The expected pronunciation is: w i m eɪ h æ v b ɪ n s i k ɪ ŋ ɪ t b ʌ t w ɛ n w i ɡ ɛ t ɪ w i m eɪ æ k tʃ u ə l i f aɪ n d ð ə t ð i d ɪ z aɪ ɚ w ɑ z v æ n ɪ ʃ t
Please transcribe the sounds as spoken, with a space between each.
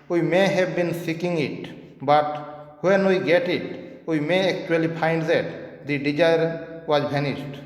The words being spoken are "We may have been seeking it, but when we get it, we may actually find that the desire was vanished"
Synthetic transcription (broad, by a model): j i m eɪ h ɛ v b ɪ n s i k ɪ ŋ ɪ t b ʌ t w ɛ n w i ɡ ɛ t ɪ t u m eɪ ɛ k tʃ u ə l i p aɪ n d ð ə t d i d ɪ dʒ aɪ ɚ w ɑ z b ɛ n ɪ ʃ t